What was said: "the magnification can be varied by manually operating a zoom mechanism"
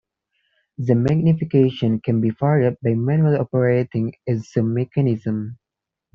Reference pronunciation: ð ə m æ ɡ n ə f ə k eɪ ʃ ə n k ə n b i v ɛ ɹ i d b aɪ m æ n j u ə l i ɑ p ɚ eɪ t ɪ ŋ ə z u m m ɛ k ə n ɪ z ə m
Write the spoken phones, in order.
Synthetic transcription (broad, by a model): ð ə m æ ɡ n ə f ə k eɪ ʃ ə n k ə n b i f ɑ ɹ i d b aɪ m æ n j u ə l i ɑ p ɚ eɪ t ɪ ŋ ə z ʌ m m ɛ k ə n ɪ z ə m